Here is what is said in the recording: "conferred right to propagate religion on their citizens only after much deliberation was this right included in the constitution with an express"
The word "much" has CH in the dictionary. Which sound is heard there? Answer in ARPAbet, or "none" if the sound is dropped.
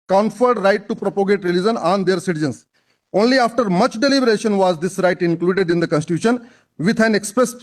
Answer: CH